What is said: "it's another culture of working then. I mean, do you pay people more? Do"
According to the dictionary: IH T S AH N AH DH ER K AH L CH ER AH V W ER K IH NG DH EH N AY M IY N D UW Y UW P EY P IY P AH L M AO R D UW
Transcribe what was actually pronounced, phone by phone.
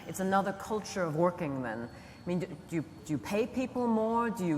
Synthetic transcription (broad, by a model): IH T S AH N AH DH ER K AH L CH ER AH V W ER K IH NG DH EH N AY M IY N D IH Y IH P EY P IY P L M AO R D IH